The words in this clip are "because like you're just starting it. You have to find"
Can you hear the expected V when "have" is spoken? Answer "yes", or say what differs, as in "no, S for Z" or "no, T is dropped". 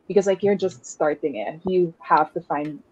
no, F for V